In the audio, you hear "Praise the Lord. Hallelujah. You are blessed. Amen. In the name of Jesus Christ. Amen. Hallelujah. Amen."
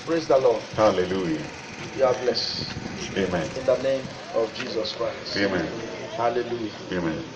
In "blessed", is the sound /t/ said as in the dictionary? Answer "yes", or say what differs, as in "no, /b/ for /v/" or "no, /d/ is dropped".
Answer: no, /t/ is dropped